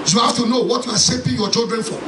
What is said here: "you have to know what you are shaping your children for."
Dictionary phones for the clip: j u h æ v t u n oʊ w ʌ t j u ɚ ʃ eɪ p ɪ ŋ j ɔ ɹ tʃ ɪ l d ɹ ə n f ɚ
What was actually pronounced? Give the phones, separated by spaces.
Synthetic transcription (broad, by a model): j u h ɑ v t u n oʊ w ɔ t j u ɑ s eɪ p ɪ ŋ j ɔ tʃ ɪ l d ɹ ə n f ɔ